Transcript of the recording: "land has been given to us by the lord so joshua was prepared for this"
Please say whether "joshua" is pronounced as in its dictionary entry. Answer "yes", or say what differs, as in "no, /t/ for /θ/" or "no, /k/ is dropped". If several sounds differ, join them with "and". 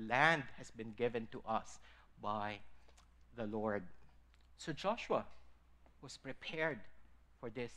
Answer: yes